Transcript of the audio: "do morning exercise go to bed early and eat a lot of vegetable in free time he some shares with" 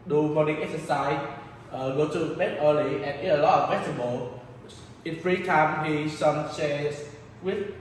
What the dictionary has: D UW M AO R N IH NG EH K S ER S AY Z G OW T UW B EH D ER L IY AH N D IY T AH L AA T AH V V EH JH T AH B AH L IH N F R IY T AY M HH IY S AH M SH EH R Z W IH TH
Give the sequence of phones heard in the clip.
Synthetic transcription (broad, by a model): D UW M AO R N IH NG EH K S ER S AY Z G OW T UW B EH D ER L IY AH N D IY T AH L AA T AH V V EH T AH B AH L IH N F R IY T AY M HH IY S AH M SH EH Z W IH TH